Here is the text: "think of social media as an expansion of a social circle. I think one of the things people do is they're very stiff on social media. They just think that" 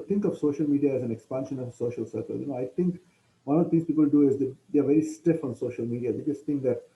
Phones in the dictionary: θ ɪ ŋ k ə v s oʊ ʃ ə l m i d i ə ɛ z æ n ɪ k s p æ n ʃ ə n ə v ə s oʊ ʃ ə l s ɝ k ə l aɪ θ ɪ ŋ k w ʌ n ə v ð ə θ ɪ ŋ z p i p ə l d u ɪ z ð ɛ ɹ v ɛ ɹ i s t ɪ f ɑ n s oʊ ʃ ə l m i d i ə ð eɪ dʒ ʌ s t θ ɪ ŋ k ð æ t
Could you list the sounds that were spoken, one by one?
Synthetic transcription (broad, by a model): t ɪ ŋ k ə v s oʊ ʃ ə l m i d i ə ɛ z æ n ɪ k s p æ n ʃ ə n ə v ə s oʊ ʃ ə l s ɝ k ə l aɪ t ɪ ŋ k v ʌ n ə v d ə t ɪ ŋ s p i p ə l d u ɪ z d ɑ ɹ v ɛ ɹ i s t ɪ f ɑ n s oʊ ʃ ə l m i d i ə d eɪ dʒ ʌ s t t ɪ ŋ k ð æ t